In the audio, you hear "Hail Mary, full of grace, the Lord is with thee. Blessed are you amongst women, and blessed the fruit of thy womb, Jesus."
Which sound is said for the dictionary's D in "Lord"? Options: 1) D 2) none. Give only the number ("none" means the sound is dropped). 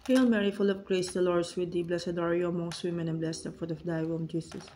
1